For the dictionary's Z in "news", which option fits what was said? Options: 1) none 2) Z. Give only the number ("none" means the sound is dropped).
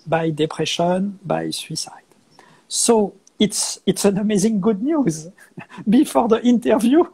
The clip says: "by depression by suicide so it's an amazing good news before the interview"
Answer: 2